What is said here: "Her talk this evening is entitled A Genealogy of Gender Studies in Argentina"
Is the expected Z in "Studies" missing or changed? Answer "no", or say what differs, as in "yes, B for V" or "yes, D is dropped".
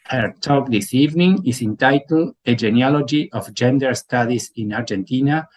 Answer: yes, S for Z